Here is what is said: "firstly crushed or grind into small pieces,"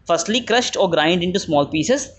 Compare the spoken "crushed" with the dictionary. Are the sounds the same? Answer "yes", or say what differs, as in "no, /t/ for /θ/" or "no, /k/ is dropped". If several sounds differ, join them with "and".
yes